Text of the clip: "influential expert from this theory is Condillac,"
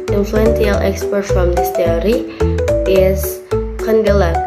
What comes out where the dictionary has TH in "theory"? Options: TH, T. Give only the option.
T